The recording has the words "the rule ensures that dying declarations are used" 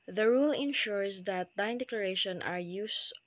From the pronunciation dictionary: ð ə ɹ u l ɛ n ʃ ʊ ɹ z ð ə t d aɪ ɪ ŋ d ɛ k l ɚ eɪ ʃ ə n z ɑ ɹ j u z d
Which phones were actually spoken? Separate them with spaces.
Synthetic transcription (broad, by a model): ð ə ɹ u l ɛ n ʃ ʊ ɹ s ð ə t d aɪ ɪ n d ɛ k l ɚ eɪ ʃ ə n ɑ ɹ j u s